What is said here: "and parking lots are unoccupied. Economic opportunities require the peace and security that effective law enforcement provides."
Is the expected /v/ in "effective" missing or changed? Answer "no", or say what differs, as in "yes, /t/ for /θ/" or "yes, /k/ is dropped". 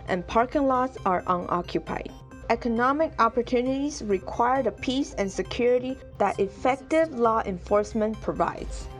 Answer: no